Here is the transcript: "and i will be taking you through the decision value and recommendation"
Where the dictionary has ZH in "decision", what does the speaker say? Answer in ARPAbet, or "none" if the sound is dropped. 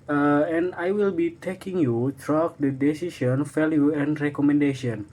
SH